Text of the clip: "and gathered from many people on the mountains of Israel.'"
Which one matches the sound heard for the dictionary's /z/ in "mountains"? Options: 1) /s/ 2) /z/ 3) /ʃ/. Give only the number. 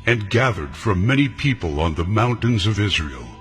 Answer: 2